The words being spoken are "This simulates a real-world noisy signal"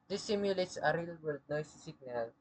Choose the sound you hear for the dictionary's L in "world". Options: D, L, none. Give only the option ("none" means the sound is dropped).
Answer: none